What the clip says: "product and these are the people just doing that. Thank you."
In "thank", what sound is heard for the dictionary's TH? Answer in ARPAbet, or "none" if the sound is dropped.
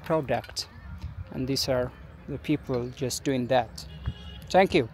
T